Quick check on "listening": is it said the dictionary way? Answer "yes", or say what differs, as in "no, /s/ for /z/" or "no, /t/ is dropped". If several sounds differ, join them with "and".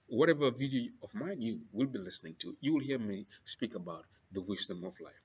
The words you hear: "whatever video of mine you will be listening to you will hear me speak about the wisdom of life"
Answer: yes